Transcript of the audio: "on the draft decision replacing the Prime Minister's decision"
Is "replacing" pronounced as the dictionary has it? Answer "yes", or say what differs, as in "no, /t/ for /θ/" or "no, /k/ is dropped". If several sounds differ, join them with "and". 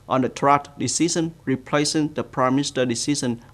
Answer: yes